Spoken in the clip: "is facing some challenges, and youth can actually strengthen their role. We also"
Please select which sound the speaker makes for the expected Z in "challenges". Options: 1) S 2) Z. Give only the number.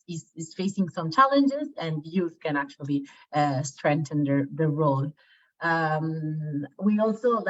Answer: 2